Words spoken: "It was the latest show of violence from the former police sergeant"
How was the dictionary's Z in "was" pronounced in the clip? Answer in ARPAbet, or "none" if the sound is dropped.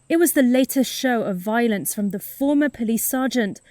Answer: Z